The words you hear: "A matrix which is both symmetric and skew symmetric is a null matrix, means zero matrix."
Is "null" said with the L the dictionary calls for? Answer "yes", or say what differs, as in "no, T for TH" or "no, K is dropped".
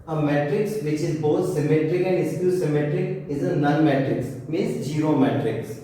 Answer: no, N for L